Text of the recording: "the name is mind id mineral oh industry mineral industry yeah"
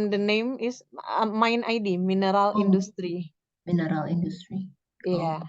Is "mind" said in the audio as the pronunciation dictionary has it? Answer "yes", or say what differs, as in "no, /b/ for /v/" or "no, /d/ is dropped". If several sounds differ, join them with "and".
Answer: no, /d/ is dropped